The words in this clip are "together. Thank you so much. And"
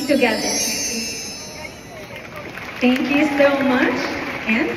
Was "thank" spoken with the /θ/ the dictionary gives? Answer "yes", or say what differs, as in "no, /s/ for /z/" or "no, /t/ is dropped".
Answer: no, /t/ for /θ/